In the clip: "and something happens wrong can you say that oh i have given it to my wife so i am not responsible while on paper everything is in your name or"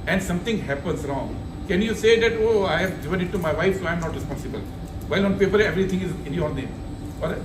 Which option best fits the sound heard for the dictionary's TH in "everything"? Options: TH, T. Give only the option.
T